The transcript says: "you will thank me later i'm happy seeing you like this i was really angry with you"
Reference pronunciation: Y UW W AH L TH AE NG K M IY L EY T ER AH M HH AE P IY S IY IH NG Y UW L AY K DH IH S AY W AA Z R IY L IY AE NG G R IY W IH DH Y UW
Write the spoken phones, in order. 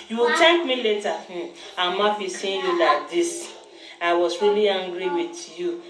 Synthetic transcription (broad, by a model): Y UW W AH L T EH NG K M IY L EY T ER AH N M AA F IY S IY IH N Y UW L AY K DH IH S AY W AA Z R IY L IY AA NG G R IY W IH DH Y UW